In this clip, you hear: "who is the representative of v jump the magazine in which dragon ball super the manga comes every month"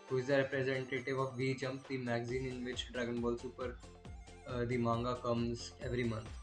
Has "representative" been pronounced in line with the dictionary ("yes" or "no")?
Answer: yes